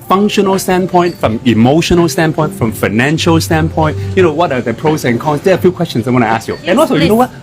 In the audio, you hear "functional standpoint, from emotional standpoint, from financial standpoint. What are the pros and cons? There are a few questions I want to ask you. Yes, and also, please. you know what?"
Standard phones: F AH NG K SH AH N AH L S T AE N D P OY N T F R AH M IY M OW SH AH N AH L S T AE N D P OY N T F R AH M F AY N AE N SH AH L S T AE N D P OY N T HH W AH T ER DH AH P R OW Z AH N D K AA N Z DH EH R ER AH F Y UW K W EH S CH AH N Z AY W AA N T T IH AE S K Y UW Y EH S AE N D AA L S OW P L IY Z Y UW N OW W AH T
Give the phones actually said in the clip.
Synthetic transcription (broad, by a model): F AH NG K SH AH N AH L S T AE N P OY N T F R AH M IY M OW SH AH N AH L S T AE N P OY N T F R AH M F AY N AE N SH AH L S T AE N P OY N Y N W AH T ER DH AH P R OW S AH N K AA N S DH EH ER AH F Y UW K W EH S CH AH N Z AY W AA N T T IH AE S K Y UW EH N AA L S OW Y UW N OW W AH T